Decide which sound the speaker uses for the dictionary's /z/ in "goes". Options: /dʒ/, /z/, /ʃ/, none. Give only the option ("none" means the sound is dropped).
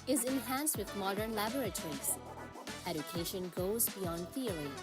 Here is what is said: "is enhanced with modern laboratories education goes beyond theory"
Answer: /z/